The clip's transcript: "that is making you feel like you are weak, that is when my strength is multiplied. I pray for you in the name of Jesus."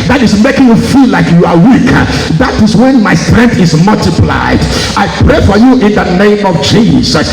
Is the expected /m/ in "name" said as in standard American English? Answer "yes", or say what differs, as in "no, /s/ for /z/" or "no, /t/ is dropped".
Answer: yes